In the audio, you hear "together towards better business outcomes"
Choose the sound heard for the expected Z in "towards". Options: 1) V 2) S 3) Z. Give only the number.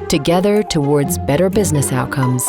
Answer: 3